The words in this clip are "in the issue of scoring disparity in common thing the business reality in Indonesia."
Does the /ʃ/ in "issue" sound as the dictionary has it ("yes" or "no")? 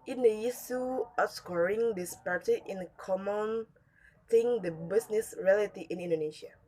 no